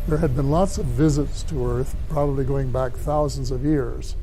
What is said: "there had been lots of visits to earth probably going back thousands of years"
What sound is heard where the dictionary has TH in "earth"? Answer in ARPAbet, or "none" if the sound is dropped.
TH